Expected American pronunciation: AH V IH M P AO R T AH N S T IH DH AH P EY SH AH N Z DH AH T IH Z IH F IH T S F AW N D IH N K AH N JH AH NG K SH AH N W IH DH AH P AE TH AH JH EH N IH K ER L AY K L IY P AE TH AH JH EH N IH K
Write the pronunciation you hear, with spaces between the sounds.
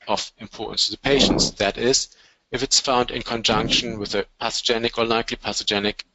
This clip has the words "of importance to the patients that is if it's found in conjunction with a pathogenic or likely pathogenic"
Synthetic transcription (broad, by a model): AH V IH M P AO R T N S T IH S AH P EY SH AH N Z DH AH T IH Z IH F IH T S F AW N D IH N K AH N JH AH NG K SH AH N W IH DH AH P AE S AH JH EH N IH K ER L AY K L IY P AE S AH JH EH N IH K